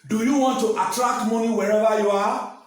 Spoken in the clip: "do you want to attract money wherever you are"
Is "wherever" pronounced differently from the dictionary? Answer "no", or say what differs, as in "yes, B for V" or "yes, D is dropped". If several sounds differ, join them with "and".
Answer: yes, B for V